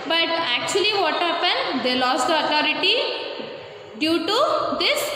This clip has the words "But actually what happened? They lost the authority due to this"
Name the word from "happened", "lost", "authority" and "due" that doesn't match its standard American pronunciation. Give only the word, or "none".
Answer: authority